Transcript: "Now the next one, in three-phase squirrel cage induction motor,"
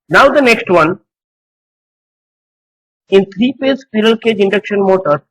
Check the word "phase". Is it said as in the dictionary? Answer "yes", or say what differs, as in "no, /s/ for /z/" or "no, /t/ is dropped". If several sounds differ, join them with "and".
no, /p/ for /f/